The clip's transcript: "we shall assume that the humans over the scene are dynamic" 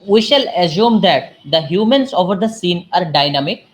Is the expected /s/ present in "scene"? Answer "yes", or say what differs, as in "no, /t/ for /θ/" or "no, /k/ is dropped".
yes